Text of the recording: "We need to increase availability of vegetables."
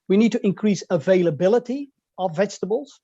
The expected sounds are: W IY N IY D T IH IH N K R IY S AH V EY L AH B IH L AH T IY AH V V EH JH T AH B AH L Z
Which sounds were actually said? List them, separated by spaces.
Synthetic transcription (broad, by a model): W IY N IY D T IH IH N K R IY S AH V EY L AH B IH L AH T IY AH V V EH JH T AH B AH L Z